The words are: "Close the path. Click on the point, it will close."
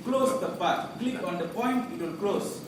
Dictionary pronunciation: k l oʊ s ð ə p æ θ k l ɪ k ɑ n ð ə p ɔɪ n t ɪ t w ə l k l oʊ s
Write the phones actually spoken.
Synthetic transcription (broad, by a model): k l oʊ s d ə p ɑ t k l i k ɑ n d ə p ɔɪ n t ɪ t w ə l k l oʊ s